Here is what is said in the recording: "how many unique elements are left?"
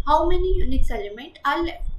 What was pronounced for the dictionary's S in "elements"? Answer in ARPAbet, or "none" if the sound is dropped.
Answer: none